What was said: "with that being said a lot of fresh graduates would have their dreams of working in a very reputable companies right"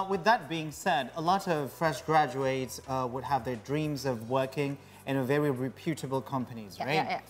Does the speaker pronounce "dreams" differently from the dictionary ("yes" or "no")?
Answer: no